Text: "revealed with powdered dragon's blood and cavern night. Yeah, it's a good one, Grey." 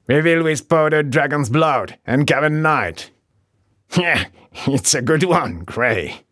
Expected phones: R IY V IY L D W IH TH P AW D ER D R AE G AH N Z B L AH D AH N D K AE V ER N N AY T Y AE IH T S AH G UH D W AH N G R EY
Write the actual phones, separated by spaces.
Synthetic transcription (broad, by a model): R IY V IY L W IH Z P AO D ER D R AE G AH N Z B L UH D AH N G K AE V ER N N AY T Y AE IH T S AH G UH D W AH N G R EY